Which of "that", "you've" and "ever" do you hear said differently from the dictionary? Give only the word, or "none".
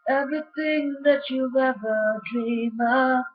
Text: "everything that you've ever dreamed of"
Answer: you've